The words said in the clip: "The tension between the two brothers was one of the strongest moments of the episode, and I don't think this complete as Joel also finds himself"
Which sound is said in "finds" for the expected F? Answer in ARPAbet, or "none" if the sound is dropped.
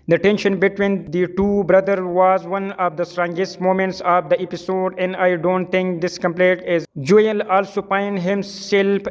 P